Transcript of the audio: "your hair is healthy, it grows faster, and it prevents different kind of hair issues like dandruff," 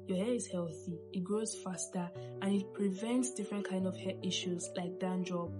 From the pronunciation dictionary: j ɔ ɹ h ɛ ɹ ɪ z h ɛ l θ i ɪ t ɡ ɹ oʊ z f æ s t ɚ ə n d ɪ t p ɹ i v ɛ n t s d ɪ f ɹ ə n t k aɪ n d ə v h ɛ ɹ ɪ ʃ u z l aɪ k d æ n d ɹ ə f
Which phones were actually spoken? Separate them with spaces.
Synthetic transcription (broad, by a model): j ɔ h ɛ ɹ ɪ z h ɛ l θ i ɪ t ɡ ɹ oʊ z f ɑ s t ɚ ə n ɪ t p ɹ i v ɛ n t s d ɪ f ɹ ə n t k aɪ n d ə v h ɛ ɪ ʃ u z l aɪ k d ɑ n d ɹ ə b